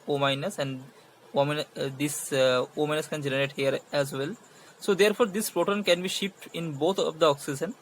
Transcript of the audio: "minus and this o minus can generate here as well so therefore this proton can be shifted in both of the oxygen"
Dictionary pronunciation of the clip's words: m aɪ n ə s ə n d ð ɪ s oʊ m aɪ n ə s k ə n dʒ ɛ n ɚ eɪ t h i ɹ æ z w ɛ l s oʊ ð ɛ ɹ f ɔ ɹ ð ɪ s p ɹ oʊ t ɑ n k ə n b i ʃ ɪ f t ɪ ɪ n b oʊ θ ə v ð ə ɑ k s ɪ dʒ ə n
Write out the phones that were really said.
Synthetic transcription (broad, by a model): m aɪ n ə s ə n d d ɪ s oʊ m aɪ n ə s k ə n dʒ ɛ n ɚ eɪ t h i ɹ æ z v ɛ l s oʊ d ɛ ɹ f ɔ ɹ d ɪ s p ɹ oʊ t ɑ n k ə n b i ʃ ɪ p t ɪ ɪ n b oʊ t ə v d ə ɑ k s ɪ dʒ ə n